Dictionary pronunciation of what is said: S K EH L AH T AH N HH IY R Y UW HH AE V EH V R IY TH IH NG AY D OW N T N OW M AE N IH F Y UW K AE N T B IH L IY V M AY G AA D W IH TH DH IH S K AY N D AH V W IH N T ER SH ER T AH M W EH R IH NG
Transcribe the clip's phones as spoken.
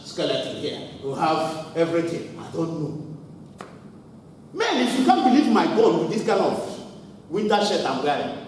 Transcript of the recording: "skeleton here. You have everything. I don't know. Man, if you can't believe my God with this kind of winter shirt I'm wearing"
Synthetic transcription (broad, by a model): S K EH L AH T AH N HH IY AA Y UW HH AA V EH V R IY T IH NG AY D OW N T N OW M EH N IH F Y UW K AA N B IH L IY V M AY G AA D W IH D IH S K AY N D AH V W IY N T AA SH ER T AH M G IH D